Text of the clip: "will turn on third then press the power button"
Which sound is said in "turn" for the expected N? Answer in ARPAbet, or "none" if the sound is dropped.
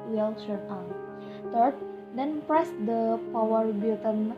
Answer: none